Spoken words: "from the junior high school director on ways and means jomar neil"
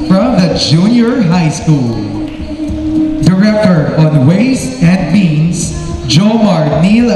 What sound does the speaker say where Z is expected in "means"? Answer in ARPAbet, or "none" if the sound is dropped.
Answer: S